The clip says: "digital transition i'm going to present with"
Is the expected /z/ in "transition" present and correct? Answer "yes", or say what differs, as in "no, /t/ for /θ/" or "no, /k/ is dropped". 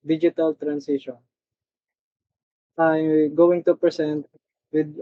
no, /s/ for /z/